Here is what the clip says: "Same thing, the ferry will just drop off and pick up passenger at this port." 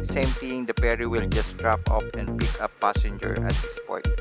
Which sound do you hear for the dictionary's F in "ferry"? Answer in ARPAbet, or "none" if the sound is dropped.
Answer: P